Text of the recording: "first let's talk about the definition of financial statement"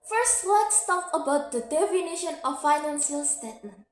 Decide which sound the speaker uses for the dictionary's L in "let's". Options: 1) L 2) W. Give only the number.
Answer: 2